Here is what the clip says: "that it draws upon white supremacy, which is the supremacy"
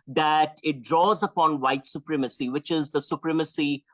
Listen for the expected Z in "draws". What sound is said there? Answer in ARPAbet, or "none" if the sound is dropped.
Z